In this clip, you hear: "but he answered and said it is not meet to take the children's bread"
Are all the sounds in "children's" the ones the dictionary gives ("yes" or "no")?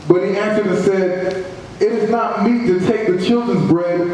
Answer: yes